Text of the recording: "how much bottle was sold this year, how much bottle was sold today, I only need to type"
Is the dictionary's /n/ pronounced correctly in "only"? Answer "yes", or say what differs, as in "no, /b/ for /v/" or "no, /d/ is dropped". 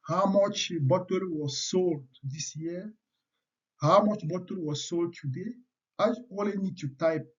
no, /n/ is dropped